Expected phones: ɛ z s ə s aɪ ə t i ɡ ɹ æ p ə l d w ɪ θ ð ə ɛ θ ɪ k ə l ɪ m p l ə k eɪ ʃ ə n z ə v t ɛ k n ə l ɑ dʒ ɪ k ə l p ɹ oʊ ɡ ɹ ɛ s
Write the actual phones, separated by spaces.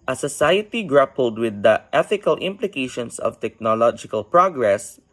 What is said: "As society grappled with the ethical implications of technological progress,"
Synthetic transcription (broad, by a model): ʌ s ə s aɪ ə t i ɡ ɹ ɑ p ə l d w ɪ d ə ɛ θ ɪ k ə l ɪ m p l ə k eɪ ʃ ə n s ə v t ɛ k n ə l ɑ dʒ ɪ k ə l p ɹ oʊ ɡ ɹ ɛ s